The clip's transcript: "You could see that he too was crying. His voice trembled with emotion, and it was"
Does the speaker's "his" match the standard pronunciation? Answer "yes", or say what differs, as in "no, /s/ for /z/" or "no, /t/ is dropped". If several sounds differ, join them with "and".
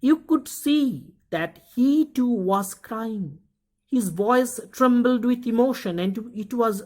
yes